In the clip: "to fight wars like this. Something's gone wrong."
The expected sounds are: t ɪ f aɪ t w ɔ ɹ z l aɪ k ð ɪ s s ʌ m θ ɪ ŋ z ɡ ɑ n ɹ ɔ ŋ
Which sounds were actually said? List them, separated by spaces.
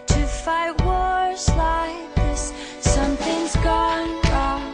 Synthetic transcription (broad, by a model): t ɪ f aɪ t w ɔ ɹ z l aɪ k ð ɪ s s ʌ m θ ɪ ŋ z ɡ ɑ n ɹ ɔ